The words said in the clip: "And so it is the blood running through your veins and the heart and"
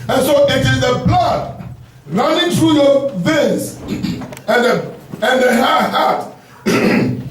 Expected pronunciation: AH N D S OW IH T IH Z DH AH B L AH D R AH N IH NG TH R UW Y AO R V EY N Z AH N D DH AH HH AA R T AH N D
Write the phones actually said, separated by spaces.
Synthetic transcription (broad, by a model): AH N S OW IH T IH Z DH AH B L AH D R AH N IH NG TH R UW Y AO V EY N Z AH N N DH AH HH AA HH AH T